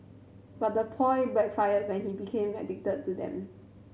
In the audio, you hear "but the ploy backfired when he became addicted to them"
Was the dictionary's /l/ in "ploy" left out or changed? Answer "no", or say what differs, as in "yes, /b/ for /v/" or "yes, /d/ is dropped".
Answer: yes, /l/ is dropped